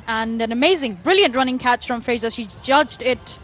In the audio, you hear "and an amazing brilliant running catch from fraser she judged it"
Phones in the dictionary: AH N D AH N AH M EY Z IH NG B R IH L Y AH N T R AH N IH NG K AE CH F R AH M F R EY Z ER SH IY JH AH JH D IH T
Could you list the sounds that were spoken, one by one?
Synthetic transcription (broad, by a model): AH N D AH N AH M EY Z IH NG B R IH L Y AH N T R AH N IH NG K AE CH F R AH M F R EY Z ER SH IY JH AH JH D IH T